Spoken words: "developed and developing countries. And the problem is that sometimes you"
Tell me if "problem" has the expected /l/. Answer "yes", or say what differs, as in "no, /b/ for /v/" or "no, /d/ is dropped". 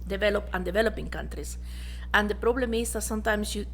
yes